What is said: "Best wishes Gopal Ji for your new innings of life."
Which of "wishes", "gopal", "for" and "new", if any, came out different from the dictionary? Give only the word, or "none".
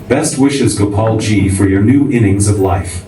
none